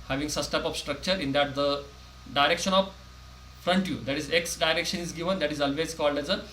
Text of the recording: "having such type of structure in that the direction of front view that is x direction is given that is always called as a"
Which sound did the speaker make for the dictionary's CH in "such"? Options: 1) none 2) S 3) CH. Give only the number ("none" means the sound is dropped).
2